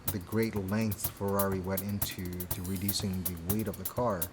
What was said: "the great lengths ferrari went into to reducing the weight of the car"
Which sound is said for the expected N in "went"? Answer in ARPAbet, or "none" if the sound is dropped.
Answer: none